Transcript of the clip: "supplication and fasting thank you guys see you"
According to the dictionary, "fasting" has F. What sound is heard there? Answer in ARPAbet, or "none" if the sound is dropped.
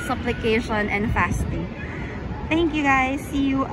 F